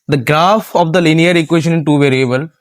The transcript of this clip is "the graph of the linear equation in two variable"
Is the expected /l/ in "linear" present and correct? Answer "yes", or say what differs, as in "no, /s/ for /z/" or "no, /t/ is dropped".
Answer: yes